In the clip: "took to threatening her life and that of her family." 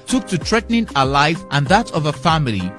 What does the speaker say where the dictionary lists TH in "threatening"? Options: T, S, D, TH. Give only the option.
T